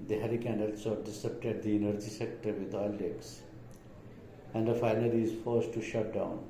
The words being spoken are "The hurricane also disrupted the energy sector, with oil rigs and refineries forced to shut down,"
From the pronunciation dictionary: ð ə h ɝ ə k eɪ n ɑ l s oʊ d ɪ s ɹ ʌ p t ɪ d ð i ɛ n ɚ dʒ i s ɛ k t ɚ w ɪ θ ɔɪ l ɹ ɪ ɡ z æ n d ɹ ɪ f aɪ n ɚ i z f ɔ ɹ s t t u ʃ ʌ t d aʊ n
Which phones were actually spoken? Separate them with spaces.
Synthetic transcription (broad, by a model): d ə h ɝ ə k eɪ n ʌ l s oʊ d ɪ s ʌ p t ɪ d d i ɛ n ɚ dʒ i s ɛ k t ɚ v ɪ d ɔɪ l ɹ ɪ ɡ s æ n d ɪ f aɪ n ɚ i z f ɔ ɹ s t t u ʃ ʌ t d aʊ n